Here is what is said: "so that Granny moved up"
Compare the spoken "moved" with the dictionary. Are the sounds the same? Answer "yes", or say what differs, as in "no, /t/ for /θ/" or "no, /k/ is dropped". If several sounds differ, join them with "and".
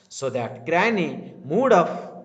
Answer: no, /v/ is dropped